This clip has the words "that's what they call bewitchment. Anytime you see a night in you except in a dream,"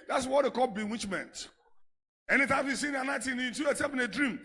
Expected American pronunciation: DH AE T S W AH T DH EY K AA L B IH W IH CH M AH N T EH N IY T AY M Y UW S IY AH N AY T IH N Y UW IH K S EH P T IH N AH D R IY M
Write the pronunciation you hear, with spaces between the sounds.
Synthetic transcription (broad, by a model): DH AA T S W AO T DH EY K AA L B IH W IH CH M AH N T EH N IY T AY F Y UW S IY AH N AY T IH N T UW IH S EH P IH N AH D R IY M